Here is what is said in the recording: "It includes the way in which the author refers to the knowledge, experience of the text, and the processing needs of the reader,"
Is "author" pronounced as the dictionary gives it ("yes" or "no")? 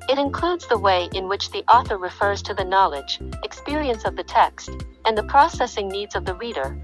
yes